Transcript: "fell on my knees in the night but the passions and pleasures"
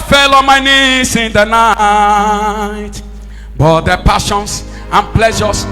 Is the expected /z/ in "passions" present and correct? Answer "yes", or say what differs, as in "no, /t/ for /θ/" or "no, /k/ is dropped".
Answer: no, /s/ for /z/